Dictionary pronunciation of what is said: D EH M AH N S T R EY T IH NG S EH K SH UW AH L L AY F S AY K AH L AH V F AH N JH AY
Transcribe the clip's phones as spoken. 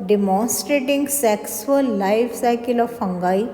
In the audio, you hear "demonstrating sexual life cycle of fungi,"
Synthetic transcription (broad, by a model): D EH M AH N S T R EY T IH NG S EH K S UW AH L L AY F S AY K AH L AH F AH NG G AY